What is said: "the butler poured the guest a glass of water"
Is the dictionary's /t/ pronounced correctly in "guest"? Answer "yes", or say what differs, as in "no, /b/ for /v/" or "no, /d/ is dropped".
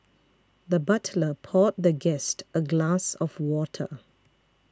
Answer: yes